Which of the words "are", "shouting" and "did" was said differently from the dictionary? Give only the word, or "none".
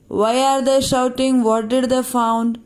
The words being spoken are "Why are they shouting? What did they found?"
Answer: none